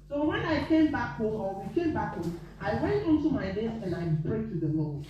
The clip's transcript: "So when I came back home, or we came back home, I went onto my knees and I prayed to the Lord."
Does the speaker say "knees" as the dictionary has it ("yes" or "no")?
no